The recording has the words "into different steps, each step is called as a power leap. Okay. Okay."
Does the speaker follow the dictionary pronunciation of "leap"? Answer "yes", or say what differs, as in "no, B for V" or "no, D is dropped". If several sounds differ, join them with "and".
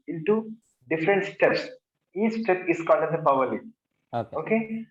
no, P is dropped